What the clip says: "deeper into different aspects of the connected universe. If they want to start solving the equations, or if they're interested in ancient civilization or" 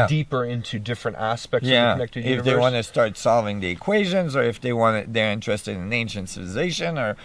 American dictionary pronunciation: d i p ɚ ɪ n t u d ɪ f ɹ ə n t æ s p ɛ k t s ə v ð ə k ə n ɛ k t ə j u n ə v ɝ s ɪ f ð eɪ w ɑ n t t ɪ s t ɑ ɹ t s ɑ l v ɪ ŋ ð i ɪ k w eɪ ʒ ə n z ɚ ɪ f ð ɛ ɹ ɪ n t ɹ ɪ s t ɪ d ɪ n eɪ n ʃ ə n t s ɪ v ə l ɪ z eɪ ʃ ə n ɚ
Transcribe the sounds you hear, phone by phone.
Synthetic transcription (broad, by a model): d i p ɚ ɪ n t u d ɪ f ɹ ə n t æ s p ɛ k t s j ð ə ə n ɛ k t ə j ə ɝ ɪ f ð eɪ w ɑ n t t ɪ s t ɑ ɹ t s ɑ l v ɪ ŋ ð i ɪ k w eɪ ʒ ə n z ɚ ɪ f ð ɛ ɹ ɪ n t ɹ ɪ s t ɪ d ɪ n eɪ n ʃ ə n t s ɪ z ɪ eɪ ʃ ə n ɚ